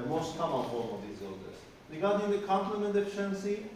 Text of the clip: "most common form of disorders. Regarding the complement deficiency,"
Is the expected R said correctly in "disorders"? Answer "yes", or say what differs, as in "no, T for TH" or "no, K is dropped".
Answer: no, L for R